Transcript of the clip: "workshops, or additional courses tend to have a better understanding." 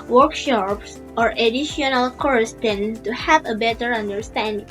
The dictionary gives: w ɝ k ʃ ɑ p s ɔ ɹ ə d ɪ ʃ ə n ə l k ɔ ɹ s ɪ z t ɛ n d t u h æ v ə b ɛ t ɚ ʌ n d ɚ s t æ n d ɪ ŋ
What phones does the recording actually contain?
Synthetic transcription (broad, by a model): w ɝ k ʃ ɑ p s ɔ ɹ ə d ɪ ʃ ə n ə l k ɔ ɹ ɪ s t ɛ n t u h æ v ə b ɛ t ɚ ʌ n d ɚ s t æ n d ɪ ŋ